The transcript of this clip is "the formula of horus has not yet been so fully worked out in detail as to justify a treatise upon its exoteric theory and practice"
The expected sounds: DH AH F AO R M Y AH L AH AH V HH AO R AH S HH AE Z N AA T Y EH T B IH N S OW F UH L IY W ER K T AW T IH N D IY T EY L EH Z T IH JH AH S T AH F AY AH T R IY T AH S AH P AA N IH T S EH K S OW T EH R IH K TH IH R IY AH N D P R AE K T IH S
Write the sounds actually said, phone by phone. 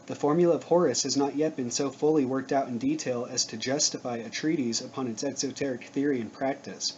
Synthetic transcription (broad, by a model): DH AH F AO R M Y L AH AH V HH AO R AH S HH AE Z N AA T Y EH T B IH N S OW F UH L IY W ER K T AW T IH N D IY T EY L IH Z T IH JH AH S T AH F AY AH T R IY T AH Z AH P AA N IH T S EH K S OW T EH R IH K TH IH R IY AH N P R AE K T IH S